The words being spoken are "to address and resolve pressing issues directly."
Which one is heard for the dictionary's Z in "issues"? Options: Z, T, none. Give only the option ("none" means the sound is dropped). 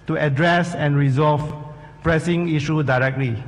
none